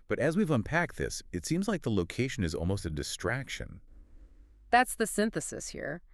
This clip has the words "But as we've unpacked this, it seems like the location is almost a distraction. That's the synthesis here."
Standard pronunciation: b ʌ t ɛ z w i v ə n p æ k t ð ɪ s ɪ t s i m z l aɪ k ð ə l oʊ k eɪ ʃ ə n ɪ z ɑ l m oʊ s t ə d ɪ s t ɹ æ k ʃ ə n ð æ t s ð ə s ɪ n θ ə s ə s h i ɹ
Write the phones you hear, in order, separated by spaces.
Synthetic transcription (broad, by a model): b ʌ t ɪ z w i v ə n p æ k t ð ɪ s ɪ t s i m z l aɪ k ð ə l oʊ k eɪ ʃ ə n ɪ z ɑ l m oʊ s t ə d ɪ s t ɹ æ k ʃ ə n ð æ t s ð ə s ɪ n θ ə s ə s h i ɹ